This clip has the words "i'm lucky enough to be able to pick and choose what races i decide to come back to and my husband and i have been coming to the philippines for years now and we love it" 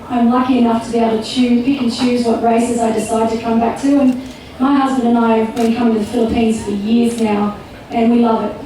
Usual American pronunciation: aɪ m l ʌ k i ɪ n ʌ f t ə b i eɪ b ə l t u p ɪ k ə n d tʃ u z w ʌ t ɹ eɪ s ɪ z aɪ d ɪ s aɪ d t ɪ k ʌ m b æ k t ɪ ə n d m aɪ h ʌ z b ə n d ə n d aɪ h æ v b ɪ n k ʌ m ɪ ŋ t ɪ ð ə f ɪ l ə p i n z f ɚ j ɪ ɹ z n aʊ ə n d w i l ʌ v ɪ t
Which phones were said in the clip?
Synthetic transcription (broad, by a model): aɪ m l ʌ k i ɪ n ʌ f t ə b i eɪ ə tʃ u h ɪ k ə n tʃ u z w ʌ t ɹ eɪ s ɪ z aɪ d ɪ s aɪ d t ɪ k ʌ m b æ k t ɪ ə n m aɪ h ʌ z b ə n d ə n aɪ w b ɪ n k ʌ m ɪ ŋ t ɪ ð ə f ɪ l ə p i n z f ɚ j ɪ ɹ z n aʊ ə n w i l ʌ v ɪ t